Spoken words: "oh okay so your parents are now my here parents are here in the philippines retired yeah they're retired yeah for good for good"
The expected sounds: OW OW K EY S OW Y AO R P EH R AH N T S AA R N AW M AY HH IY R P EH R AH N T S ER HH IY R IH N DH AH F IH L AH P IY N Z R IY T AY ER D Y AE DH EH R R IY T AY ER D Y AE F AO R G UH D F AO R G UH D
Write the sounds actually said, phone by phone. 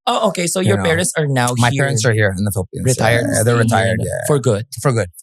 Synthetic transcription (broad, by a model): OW OW K EY S OW Y AO R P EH R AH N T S AA R N AW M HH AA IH P EH R AH N T S ER HH IY R IH N DH AH F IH L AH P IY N R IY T AY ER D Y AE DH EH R R IY T AY ER D Y AE F AO R G UH D F AO R G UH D